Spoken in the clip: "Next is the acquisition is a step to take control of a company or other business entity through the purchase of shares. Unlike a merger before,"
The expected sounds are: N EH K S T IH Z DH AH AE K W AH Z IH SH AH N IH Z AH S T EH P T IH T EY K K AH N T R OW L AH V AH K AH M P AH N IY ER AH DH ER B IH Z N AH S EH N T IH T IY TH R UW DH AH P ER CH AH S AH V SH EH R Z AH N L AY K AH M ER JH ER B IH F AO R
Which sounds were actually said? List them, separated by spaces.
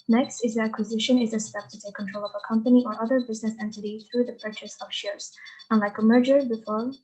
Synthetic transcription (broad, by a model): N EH K S T IH Z DH AH AE K W AH Z IH SH AH N IH Z AH S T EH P T IH T EY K K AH N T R OW L AH V AH K AH M P AH N IY ER AH DH ER B IH Z N AH S EH N T IH T IY TH R UW DH AH P ER CH AH S AH V SH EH R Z AH N L AY K AH M ER JH ER B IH F AO R